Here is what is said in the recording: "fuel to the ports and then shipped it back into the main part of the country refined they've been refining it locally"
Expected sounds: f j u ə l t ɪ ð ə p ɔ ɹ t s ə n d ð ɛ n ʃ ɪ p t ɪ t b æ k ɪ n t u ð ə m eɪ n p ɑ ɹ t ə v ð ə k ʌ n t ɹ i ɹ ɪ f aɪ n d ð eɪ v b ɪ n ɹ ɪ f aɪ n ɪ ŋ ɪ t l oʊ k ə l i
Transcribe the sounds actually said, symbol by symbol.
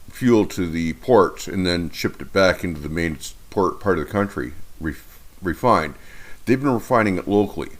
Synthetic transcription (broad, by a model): f j u l t ɪ ð ə p ɔ ɹ t s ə n ð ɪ n ʃ ɪ p t ɪ t b æ k ɪ n t u ð ə m eɪ n p ɑ ɹ t ə v ð ə k ʌ n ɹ ɹ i ɹ ɪ f aɪ n d ð eɪ v b ɪ n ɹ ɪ f aɪ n ɪ ŋ ɪ t l oʊ k l i